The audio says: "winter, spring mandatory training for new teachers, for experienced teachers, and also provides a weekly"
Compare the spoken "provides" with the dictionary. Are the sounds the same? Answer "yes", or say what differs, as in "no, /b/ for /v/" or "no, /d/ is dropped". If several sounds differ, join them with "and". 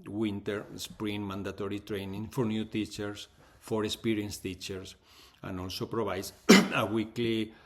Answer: no, /b/ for /v/